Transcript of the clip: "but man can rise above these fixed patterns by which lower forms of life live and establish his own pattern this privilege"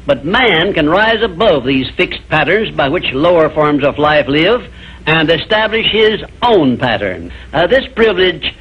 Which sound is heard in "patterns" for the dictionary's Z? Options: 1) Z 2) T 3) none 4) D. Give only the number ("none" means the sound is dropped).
1